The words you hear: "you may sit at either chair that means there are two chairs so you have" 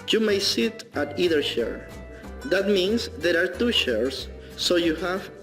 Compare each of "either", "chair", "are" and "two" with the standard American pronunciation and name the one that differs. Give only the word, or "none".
chair